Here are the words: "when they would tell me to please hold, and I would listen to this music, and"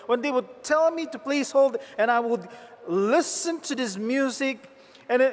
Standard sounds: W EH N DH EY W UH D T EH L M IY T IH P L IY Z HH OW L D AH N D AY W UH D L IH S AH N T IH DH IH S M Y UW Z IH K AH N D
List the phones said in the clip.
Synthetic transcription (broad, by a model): W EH N DH EY W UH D T EH L M IY T IH P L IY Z HH OW L D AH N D AY W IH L L IH S AH N T IH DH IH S M Y UW Z IH K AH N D